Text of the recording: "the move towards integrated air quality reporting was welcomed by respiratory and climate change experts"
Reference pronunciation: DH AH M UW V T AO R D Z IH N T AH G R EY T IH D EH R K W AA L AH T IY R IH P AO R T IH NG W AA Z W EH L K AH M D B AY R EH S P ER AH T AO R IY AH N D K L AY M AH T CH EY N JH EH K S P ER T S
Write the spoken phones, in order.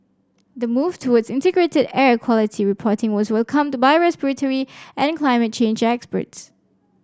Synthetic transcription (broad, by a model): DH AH M UW V T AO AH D S IH N T AH G R EY T IH D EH R K W AA L AH T IY R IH P AO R T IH NG W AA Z W EH L K AH M D B AY R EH S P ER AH T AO R IY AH N K L AY M AH T CH EY N JH EH K S P ER T S